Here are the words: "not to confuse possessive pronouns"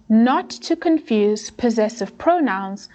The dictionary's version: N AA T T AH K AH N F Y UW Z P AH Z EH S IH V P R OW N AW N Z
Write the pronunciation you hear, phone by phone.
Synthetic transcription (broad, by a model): N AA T T AH K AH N F Y UW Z P AH Z EH S IH V P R OW N AW N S